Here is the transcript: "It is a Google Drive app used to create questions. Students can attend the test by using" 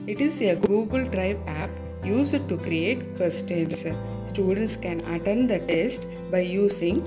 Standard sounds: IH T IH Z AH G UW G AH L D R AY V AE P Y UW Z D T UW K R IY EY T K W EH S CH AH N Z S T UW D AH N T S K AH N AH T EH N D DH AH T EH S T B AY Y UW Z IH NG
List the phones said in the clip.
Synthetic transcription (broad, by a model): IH T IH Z AH G UW G AH L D R AY B AE P Y UW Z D T UW K R IY EY T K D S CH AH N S S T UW D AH N T S K AH N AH T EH N D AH T EH S T B AY Y UW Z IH NG